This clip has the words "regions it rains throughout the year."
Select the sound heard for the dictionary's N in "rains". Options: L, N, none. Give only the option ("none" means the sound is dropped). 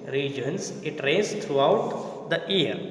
none